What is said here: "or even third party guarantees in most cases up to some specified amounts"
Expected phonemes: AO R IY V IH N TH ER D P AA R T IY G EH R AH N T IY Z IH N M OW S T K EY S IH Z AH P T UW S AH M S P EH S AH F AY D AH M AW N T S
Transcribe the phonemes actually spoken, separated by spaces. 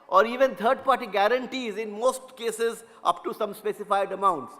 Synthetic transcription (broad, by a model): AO R IY V IH N T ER D P AA R T IY G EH R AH N T IY Z IH N M OW S T K EY S IH Z AH P T UW S AH M S P EH S AH F AY D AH M AW N T S